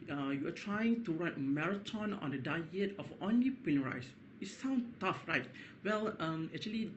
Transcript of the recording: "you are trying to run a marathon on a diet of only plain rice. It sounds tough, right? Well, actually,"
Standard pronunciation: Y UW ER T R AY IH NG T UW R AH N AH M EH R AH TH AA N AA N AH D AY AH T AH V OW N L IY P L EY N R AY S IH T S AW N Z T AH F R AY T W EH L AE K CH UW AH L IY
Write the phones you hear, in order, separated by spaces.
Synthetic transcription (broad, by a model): Y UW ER T R AY IH NG T UW R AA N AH M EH R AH T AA N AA N AH D AY AH T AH F OW N L IY P EY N R AY S IH T S AW N T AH F R AY T W EH L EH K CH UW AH L IY